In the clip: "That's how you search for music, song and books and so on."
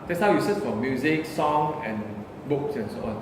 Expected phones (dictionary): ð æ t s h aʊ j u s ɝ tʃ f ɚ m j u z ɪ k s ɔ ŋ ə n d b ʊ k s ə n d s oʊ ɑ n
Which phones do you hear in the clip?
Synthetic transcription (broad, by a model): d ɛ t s h aʊ j u s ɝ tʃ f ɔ m j u z ɪ k s ɔ ŋ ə n b ʊ k s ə n s oʊ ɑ n